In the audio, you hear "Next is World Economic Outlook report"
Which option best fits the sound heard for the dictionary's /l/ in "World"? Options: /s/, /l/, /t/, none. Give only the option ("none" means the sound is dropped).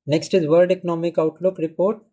none